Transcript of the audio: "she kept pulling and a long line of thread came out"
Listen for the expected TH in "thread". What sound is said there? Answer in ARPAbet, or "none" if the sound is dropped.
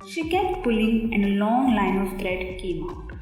T